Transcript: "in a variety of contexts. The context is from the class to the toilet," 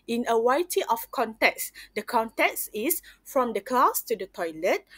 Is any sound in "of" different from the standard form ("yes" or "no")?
yes